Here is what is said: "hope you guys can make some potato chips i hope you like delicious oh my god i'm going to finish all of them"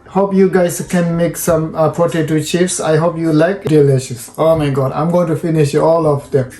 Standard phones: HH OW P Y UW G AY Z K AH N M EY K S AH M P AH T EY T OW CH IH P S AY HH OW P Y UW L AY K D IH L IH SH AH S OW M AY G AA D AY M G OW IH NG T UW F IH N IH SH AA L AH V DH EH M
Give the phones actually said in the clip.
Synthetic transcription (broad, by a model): HH OW P Y UW G AY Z K AH N M EY K S AH M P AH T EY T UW CH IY F S AY HH OW P Y UW L AY K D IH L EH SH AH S OW M AY G AA D AY M G OW IH NG T UW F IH N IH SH AA L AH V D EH M